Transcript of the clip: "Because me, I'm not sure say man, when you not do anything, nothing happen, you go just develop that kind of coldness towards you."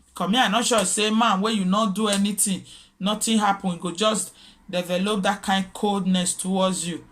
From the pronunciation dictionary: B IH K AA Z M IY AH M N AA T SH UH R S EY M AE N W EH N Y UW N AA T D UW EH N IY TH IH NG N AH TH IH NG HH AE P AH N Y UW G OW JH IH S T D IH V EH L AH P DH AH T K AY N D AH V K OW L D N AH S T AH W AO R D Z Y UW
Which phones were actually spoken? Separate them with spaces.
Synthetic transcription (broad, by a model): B K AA M IY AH N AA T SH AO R S EY M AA N W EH Y UW N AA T D UW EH N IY T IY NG N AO T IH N HH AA P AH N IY G OW JH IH S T D IH V EH L AH P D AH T K AY N D K OW L D N AH S T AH W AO D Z Y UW